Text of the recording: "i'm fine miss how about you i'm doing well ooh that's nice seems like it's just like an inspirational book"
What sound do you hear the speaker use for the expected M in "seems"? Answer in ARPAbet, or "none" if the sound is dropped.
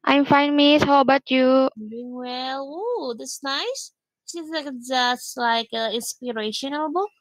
none